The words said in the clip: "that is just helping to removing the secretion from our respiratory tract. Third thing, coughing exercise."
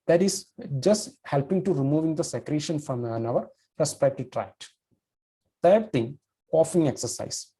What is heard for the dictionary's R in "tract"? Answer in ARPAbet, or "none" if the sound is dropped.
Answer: R